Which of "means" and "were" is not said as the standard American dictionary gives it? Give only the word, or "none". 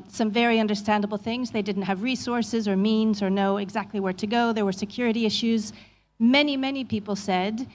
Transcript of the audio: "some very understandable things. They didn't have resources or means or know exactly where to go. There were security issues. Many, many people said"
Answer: none